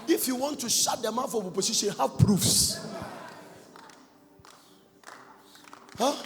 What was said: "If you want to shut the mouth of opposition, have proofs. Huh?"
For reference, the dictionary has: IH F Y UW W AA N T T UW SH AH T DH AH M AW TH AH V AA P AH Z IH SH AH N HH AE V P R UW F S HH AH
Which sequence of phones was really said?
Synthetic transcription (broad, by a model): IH F Y UW W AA N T T UW SH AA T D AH M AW F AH B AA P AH S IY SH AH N HH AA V P R UW F S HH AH